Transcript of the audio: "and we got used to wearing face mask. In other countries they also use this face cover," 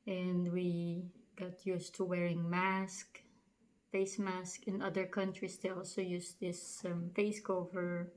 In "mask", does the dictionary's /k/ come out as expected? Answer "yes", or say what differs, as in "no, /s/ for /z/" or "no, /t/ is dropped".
yes